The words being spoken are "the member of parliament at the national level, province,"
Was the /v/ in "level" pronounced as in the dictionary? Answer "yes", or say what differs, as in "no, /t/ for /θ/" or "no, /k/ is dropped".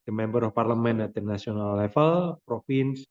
no, /f/ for /v/